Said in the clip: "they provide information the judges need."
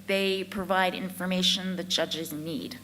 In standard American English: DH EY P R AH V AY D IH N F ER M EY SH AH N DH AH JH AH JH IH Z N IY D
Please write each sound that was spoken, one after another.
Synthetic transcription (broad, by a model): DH EY P R AH V AY D IH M F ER M EY SH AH N DH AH JH AH JH IH Z N IY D